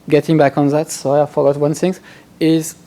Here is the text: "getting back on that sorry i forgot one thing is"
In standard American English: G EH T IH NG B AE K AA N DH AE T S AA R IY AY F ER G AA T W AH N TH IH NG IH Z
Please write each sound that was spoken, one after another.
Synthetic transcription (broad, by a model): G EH T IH NG B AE K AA N DH AE T S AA IY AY F ER G AA T W AH N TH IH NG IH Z